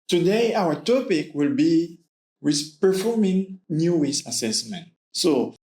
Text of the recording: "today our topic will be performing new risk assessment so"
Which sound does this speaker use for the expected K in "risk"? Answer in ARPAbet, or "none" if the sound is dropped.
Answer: none